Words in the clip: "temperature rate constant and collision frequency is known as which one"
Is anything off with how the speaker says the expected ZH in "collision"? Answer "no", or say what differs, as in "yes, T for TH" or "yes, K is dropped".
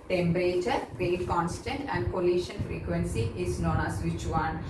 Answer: yes, SH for ZH